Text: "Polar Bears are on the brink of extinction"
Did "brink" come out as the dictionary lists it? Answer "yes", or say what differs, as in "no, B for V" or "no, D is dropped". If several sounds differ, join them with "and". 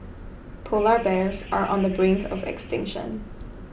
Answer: yes